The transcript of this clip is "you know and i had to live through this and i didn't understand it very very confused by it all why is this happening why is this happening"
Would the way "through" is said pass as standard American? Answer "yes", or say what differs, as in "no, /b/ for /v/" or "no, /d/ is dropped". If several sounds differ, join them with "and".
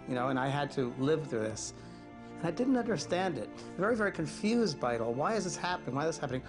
yes